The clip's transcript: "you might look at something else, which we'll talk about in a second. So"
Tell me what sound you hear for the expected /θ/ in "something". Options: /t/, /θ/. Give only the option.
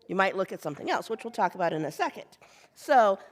/θ/